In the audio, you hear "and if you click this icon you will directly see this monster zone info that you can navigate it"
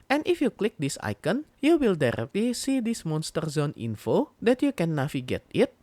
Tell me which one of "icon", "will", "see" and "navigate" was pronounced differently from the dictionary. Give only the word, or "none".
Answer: navigate